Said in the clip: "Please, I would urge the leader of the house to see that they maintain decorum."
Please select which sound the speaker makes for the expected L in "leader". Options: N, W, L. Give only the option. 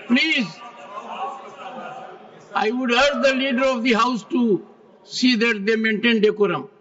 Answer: L